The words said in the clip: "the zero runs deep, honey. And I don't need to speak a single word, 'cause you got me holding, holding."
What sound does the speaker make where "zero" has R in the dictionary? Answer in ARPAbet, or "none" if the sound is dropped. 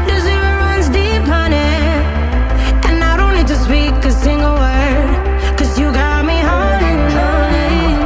none